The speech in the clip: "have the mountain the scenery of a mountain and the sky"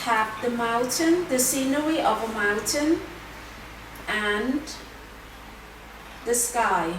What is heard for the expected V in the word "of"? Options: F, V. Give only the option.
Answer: V